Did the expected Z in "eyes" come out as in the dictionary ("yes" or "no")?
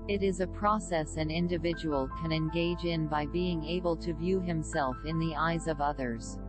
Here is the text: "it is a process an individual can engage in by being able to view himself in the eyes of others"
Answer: yes